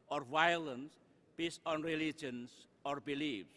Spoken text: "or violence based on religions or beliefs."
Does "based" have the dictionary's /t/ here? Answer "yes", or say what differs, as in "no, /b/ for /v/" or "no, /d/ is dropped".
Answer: no, /t/ is dropped